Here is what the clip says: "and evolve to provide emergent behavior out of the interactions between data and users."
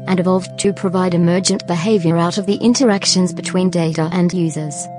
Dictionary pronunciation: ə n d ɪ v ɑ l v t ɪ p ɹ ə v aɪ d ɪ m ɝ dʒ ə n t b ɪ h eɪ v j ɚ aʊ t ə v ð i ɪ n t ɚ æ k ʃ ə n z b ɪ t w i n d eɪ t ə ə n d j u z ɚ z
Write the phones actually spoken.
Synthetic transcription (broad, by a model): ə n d ɪ v ɑ l v t ɪ p ɹ ə v aɪ d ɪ m ɝ dʒ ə n b ɪ h eɪ v j ɚ aʊ t ə v ð i ɪ n t ɚ æ k ʃ ə n z b ɪ t w i n d eɪ t ə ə n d j u z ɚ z